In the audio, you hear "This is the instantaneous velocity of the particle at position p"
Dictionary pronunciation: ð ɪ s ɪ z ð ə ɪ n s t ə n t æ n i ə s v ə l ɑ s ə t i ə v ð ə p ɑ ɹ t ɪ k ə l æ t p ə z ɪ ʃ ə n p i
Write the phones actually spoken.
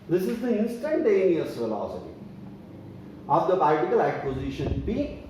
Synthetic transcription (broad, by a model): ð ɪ s ɪ z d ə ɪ n s t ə n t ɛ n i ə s f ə l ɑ s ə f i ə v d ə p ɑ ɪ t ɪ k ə l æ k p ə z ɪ ʃ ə n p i